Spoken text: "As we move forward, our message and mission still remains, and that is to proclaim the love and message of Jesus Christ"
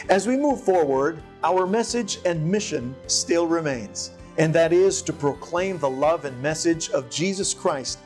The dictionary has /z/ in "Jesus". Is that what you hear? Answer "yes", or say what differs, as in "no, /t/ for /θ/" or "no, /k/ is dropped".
yes